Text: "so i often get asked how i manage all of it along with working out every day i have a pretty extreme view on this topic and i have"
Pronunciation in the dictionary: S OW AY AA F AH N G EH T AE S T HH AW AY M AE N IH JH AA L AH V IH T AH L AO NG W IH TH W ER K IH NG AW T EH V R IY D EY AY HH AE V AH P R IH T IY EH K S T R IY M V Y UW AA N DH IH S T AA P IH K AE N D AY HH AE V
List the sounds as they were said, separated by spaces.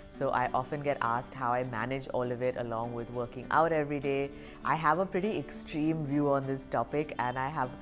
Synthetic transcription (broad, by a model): S OW AY AA F AH N G EH T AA S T HH AW AY M AE N IH JH AA L AH V IH T AH L AO NG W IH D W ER K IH NG AW T EH V R IY D EY AY HH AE V AH P R IH T IY EH K S T R IY M V Y UW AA N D IH S T AA P IH K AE N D AY HH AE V